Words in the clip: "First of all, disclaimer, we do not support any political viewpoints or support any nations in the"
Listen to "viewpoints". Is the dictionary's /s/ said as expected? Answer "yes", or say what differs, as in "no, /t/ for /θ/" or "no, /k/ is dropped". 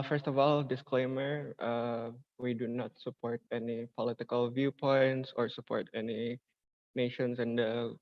yes